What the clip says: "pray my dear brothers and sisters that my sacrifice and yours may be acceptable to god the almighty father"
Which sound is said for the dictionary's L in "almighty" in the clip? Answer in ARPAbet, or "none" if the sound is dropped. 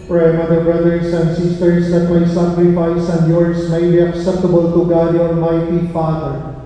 N